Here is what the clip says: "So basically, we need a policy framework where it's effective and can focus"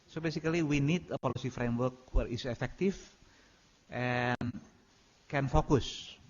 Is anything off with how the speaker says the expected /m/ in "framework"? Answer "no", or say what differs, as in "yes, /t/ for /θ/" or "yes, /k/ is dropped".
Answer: no